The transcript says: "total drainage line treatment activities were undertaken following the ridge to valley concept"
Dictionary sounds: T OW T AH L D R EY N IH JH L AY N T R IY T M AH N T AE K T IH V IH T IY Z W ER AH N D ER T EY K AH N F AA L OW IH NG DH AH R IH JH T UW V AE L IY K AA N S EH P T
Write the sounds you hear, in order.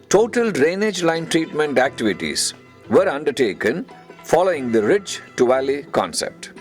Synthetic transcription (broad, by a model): T OW T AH L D R EY N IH JH L AY N T R IY T M AH N T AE K T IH V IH T IY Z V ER AH N D ER T EY K AH N F AA L OW IH NG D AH R IH CH T UW V AE L IY K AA N S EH P T